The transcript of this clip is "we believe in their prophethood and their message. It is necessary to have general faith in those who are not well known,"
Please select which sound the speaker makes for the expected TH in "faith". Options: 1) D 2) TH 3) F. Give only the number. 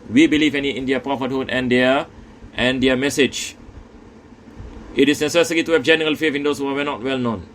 3